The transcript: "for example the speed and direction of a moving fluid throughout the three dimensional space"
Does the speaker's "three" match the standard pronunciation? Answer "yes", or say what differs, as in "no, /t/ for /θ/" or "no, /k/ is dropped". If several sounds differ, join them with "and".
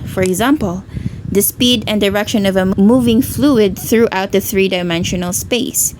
yes